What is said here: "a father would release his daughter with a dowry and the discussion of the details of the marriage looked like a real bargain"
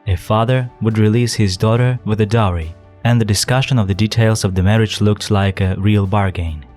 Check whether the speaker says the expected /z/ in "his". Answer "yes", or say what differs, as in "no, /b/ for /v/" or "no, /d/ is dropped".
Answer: yes